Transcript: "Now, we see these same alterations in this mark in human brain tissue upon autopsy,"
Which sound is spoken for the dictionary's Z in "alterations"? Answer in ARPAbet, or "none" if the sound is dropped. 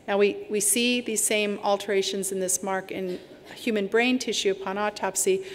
Z